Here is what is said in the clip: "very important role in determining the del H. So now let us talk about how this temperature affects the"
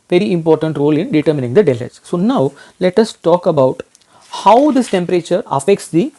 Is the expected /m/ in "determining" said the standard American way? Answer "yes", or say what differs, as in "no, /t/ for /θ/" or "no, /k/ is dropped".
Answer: yes